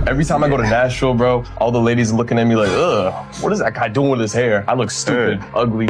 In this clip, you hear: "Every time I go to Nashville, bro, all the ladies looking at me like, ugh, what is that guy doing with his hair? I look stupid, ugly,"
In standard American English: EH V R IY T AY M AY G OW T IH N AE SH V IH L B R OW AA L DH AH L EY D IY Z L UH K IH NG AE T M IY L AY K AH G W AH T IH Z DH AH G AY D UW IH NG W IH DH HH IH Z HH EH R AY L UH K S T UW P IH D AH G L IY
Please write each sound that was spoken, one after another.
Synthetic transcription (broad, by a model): EH V R IY T AY M AY G OW T IH N AE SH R L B R OW AA L DH AH L EY D IY Z L UH K IH NG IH T M IY L AY K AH W AH T IH Z DH AH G AY D UW IH NG W IH DH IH S HH EH R AY L UH K S T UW P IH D AH G L IY